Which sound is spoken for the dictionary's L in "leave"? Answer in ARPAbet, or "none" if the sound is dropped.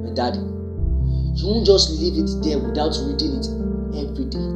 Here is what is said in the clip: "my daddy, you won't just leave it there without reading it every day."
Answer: L